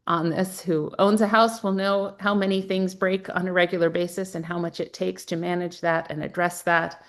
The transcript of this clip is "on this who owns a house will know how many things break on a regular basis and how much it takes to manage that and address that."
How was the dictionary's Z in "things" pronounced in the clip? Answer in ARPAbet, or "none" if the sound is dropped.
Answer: Z